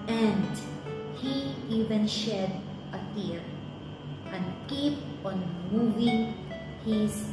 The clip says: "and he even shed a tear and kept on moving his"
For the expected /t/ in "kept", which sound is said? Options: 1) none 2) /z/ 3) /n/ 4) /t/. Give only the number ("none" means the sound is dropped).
1